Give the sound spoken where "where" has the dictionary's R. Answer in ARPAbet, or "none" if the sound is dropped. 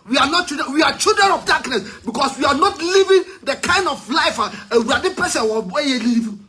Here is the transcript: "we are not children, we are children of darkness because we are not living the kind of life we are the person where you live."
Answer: W